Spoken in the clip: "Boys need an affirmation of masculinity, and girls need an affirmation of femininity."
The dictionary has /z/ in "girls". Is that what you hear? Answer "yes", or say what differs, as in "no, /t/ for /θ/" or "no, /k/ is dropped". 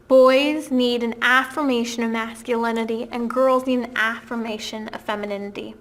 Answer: yes